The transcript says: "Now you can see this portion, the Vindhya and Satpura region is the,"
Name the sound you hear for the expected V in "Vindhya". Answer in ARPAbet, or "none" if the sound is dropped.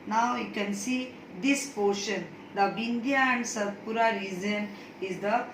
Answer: B